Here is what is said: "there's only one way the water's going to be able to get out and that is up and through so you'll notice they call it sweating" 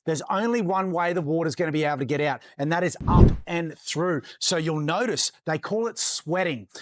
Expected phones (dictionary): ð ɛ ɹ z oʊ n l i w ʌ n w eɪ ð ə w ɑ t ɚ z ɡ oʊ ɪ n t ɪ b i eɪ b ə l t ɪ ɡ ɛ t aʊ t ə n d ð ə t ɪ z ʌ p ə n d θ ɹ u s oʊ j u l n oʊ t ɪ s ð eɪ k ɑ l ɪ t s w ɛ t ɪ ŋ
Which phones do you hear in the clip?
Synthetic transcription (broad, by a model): ð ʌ ɹ z oʊ n l i w ʌ n w eɪ ð ə w ɑ t ɚ z ɡ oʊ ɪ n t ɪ b i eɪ ə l t ɪ ɡ ɛ t aʊ t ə n ð ə t ɪ z ʌ p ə n θ ɹ u s oʊ j u l n oʊ t ɪ s ð eɪ k ɑ l ɪ t s w ɛ t ɪ ŋ